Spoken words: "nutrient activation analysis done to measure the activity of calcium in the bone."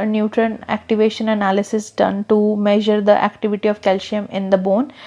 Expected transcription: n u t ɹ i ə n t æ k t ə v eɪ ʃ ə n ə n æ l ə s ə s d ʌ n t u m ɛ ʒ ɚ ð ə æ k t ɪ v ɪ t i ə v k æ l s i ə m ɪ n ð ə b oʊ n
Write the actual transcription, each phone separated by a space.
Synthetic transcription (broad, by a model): n u t ɹ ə n æ k t ə v eɪ ʃ ə n ə n æ l ə s ə s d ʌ n t u m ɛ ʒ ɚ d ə æ k t ɪ v ɪ t i ə v k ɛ l ʃ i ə m ɪ n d ə b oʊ n